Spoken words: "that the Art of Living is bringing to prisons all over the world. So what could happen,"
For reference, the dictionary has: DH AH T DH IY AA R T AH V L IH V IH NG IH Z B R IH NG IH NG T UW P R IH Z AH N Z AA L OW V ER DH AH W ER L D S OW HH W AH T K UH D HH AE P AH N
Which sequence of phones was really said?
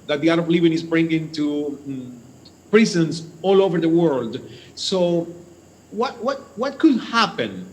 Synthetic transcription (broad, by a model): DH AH T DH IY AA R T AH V L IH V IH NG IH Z B R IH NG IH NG T UW P R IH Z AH N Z AA L OW V ER DH AH W ER L D S OW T W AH T K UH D HH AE P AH N